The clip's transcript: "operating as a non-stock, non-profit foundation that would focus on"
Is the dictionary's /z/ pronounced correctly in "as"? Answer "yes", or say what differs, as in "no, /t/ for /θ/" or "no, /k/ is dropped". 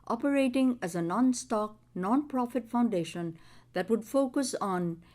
yes